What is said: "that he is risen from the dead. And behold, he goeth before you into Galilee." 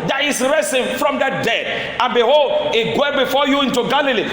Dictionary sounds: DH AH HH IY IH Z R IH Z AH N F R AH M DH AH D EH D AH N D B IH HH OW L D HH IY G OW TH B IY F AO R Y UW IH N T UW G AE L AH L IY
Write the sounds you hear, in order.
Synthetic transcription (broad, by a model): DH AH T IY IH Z R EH S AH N F R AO M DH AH D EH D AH N B IH HH OW L D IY G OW B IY F AO Y UW IH N T UW G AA L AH L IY